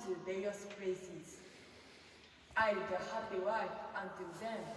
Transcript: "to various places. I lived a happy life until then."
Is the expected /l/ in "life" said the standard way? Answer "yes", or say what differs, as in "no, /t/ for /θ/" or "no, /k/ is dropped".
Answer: no, /w/ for /l/